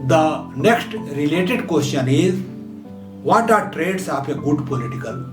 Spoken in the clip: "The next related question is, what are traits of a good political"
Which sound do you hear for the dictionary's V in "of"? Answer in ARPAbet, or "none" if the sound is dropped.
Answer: P